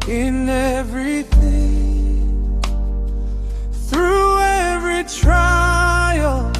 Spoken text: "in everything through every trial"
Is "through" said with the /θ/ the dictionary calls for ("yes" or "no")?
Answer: yes